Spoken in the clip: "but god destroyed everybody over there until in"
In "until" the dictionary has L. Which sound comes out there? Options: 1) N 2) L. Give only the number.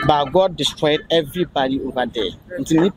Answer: 1